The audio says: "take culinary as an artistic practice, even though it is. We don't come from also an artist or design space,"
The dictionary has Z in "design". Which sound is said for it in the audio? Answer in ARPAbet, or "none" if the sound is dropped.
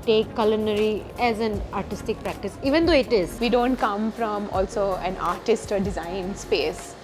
Z